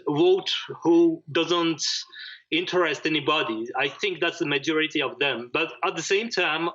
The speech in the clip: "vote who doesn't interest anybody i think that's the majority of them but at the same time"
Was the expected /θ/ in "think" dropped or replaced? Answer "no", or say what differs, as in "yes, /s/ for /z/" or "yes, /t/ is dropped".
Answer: no